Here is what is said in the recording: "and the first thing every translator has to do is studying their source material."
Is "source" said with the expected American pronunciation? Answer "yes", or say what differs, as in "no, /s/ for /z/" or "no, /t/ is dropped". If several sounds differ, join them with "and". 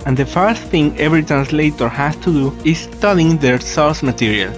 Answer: no, /l/ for /ɹ/